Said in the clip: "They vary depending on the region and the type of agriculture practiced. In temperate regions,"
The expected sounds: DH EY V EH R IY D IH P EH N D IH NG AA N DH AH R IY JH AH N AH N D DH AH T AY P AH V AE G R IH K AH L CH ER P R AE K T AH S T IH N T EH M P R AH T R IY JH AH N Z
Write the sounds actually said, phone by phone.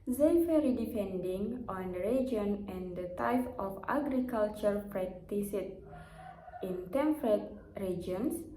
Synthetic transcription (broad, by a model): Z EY F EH R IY D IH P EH N D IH NG AA N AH R IY JH AH N AH N D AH T AY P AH F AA G R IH K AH L CH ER P R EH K T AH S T IH N T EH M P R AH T R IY JH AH N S